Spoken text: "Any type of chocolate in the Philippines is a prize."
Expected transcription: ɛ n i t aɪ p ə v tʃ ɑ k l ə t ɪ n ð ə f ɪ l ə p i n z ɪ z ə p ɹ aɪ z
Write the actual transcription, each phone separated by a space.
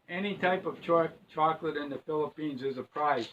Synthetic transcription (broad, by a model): ɛ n i t aɪ p ə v tʃ ɑ k l ə t ɪ n ð ə f ɪ l ə p i n z ɪ z ə p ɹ aɪ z